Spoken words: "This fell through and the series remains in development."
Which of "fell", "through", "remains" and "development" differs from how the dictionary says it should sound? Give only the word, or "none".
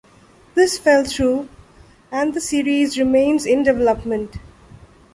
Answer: through